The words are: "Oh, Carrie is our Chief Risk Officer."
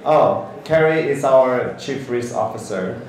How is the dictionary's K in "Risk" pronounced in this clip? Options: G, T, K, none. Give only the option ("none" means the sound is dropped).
none